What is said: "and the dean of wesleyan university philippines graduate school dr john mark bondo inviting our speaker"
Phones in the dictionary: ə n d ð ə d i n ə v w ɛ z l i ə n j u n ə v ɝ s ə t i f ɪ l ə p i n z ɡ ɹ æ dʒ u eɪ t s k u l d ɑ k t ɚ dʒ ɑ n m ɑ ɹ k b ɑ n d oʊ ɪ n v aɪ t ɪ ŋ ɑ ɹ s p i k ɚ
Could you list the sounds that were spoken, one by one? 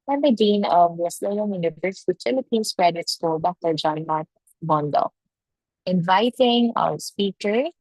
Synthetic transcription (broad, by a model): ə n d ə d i n ə v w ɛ s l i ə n j u n ə v ɝ s ə t i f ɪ l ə p i n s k ɹ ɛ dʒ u t s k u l d ɑ k t ɚ dʒ ɑ n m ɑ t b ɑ n d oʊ ɪ n v aɪ t ɪ ŋ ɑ w s p i k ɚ